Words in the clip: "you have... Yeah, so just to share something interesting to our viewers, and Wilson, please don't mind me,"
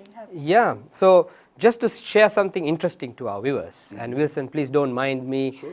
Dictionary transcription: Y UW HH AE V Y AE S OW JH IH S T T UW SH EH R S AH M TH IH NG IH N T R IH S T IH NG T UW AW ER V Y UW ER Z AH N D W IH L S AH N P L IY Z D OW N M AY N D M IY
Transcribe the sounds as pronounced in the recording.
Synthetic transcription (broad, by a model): Y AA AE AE S OW JH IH S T T UW SH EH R S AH M T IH NG IH N T R IH S T IH NG T UW AW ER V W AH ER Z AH N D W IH L S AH N P L IY S D OW N M AY N D M IY